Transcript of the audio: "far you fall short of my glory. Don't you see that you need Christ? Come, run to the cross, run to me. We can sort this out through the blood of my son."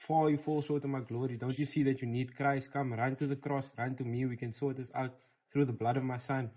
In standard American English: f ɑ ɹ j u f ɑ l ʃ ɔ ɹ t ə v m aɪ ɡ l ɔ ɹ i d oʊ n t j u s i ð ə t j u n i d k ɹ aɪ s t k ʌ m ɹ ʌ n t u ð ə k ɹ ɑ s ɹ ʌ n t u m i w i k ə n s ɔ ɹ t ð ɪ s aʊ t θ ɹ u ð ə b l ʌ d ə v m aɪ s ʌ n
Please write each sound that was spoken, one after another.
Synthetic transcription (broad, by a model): f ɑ j u f ɑ l s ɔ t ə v m aɪ ɡ l ɔ ɹ i d oʊ n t j u s i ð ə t j u n i d k ɹ aɪ s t k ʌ m ɹ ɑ n t u ð ə k ɹ ɑ s ɹ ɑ n t u m i w i k ə n s ɔ t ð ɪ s aʊ t θ ɹ u ð ə b l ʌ d ə v m aɪ s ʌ n